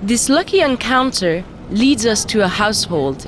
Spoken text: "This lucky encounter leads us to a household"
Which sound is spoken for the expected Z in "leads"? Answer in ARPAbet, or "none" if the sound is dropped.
Z